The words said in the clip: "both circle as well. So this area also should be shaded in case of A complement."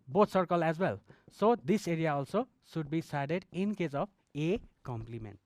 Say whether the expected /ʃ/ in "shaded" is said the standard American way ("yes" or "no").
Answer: no